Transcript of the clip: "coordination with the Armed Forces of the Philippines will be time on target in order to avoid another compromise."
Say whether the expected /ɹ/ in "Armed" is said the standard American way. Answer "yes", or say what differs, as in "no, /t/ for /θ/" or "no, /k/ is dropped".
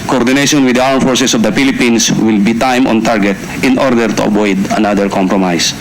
no, /w/ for /ɹ/